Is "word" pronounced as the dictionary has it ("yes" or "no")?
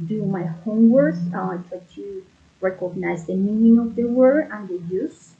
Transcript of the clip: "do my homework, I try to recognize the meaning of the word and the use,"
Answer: no